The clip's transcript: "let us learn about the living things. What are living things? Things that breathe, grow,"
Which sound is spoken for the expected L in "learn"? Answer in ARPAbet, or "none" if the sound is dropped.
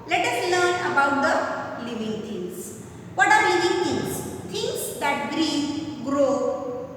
L